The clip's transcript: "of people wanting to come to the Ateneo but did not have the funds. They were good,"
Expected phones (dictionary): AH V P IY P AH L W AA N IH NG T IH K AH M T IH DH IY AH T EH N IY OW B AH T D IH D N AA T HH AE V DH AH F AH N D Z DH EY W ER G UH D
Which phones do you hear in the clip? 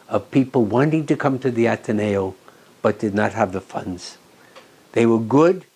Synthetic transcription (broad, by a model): AH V P IY P L W AA N IH NG T IH K AH M T IH DH IY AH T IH N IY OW B AH T D IH D N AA T HH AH V DH AH F AH N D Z DH EY W ER G UH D